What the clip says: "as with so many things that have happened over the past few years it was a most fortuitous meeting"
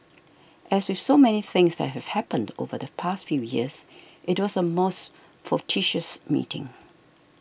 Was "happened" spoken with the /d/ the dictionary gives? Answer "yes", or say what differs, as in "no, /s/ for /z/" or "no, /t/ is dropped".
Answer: yes